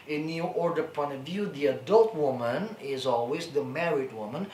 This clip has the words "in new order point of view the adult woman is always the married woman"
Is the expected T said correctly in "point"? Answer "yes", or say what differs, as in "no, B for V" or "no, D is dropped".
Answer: no, T is dropped